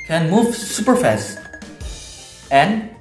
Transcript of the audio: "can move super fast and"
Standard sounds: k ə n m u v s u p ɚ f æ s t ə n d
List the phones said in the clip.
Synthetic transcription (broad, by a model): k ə n m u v s u p ɚ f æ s ə n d